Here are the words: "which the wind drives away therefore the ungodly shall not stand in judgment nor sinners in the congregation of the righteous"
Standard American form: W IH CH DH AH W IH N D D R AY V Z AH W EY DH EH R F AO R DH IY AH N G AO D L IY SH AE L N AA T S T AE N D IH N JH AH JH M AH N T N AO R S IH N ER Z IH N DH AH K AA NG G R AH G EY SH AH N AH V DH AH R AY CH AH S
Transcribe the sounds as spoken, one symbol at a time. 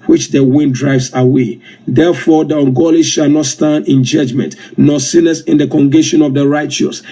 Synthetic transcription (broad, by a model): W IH CH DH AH W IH N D D R AY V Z AH W EY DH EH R F AO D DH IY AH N G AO L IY SH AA L N AA T S T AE N D IH N JH AH JH M AH N T N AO S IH N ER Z IH N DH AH K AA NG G AH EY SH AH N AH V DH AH R AY CH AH S